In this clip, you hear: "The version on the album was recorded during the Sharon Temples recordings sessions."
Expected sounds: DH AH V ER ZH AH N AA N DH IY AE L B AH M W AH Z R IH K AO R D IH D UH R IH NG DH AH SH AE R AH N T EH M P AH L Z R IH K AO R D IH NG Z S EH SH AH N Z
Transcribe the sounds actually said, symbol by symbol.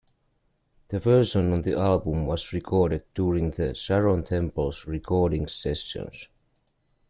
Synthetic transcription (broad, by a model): DH AH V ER S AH N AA N DH IY AE L B AH M W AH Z R IH K AO R D IH D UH R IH NG DH AH S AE R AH N T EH M P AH L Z R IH K AO R D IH NG S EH S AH N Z